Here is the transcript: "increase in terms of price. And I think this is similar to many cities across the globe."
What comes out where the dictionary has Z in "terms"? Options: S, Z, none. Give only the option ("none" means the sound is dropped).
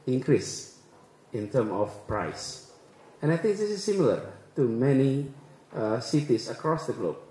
none